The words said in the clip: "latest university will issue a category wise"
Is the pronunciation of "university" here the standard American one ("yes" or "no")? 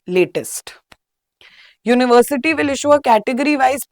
yes